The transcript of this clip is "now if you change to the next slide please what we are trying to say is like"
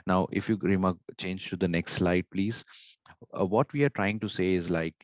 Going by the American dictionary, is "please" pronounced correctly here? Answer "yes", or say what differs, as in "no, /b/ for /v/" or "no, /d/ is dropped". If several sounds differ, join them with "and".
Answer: yes